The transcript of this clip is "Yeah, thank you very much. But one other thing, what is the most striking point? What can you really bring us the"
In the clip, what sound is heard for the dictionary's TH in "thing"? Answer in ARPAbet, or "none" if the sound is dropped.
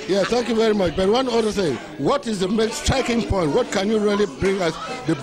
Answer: S